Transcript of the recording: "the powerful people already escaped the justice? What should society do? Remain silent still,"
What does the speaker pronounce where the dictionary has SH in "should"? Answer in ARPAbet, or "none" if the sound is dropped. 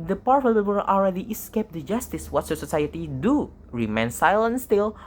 S